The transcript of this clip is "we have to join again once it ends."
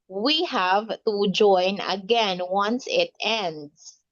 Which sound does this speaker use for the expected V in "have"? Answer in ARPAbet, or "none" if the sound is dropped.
V